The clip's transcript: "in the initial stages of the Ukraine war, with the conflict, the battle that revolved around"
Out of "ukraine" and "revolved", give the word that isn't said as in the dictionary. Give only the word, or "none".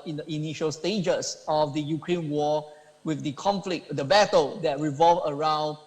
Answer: revolved